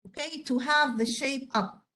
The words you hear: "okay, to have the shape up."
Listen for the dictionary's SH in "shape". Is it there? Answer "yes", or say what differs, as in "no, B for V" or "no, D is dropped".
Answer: yes